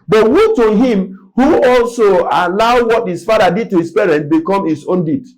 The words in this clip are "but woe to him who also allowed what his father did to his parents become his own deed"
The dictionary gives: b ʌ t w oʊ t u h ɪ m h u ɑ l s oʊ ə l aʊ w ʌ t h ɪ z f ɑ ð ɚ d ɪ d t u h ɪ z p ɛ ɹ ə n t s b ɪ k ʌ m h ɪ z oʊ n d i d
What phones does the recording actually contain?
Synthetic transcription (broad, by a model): b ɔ t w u t u h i m h u ɑ l s oʊ ə l aʊ w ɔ t h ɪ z f ɑ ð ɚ d ɪ d t u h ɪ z p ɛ ɹ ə n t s b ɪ k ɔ m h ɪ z oʊ n d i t